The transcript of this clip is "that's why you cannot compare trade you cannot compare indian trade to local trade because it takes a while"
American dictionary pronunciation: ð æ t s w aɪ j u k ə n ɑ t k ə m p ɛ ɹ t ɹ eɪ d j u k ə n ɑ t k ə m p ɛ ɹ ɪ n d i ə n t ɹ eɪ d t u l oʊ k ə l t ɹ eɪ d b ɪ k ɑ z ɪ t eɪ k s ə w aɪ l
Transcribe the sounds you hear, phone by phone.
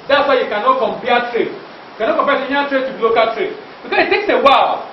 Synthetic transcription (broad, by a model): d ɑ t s w aɪ j u k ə n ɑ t k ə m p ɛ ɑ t ɹ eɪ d j u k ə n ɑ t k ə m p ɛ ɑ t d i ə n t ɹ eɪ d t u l oʊ k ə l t ɹ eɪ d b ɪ k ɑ s ɪ t eɪ k s ə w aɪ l